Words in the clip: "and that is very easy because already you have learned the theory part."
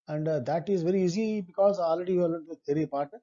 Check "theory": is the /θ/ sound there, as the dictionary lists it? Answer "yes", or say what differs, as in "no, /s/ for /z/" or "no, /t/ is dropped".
no, /t/ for /θ/